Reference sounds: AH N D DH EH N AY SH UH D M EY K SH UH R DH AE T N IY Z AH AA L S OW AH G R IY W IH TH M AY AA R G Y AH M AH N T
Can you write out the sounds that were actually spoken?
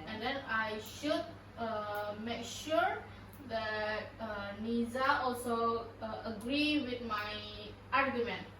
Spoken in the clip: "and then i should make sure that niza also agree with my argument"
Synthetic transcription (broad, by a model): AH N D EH N AY SH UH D M EY K SH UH R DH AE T N IY Z AH AA L S OW AH G R IY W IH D M AY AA R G Y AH M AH N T